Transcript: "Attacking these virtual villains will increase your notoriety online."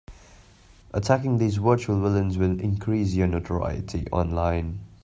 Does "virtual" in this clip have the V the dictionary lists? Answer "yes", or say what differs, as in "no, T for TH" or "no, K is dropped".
no, W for V